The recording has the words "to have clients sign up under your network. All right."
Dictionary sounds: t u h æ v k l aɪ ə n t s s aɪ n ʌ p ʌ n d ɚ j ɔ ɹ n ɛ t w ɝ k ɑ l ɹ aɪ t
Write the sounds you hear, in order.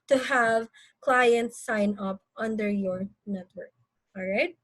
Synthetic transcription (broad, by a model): t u h æ v k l aɪ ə n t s s aɪ n ʌ p ʌ n d ɚ j ɔ ɹ n ɛ t w ɝ k ɑ l ɹ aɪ t